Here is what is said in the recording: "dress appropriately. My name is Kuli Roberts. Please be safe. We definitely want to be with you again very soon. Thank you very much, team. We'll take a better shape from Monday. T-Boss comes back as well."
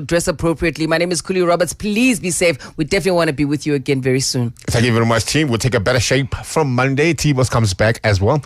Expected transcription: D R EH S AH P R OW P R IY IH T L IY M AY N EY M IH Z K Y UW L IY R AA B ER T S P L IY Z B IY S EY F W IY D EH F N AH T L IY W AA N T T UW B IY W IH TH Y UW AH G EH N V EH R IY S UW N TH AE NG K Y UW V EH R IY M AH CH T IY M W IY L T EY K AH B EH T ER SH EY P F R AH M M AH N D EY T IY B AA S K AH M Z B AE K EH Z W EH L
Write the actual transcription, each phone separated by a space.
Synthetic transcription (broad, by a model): D R EH S AH P R OW P R IY IH T L IY M AY N EY M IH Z K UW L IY R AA B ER T S P L IY Z B IY S EY F W IY D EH F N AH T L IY W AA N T T UW B IY W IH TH Y UW AH G EH N V EH R IY S UW N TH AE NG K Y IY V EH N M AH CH T IY M W IY L T EY K AH B EH T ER SH EY P F R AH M M AH N D EY T IY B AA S K AH M Z B AE K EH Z W EH L